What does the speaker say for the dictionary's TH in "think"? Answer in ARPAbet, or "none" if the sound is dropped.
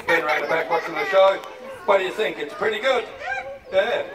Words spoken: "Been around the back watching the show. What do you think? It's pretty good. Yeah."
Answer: TH